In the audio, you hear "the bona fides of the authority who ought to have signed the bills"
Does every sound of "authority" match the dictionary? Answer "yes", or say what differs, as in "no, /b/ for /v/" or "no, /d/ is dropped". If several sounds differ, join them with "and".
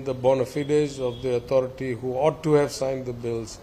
no, /t/ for /θ/